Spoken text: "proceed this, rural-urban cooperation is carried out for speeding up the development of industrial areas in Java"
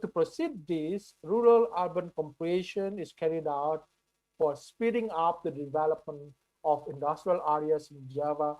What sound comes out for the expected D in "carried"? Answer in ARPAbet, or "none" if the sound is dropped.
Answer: D